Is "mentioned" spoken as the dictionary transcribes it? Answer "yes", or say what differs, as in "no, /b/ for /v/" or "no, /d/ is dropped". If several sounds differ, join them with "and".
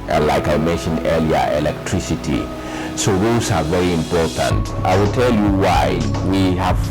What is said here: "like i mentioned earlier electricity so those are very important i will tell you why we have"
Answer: yes